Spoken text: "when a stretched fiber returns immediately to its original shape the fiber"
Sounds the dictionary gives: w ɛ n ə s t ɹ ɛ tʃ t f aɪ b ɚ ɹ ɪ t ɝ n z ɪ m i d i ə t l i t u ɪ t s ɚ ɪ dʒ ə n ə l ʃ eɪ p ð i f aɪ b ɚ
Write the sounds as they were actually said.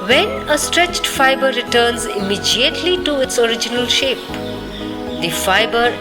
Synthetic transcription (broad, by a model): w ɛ n ə s t ɹ ɛ tʃ t f aɪ b ɚ ɹ ɪ t ɝ n z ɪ m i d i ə t l i t u ɪ t s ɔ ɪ dʒ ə n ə l ʃ eɪ p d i f aɪ b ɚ